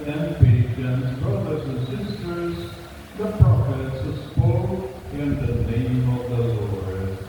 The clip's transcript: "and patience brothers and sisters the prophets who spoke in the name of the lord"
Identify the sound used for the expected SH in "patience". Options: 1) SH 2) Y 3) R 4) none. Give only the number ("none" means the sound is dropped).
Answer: 4